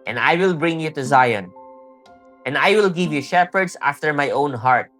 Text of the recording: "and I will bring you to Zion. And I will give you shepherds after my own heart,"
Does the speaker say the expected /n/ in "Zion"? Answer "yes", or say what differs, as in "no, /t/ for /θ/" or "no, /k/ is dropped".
yes